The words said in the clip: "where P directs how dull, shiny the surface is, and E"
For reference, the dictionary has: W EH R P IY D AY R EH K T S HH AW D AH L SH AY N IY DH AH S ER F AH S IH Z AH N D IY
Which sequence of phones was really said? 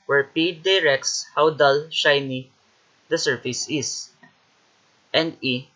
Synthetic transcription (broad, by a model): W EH R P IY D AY R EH K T S HH AW D AH L SH AY N IY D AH S ER F AH S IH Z AH N D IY